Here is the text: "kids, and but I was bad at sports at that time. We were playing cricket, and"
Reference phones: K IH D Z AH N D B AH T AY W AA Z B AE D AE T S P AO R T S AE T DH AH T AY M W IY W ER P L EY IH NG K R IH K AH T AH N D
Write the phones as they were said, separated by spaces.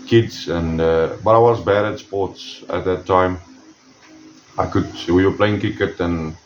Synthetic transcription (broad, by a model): K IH D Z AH N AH B AH T AY W AA Z B AE D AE T S P AO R T S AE T DH AH T AY M W IY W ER P L EY IH NG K IH K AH T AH N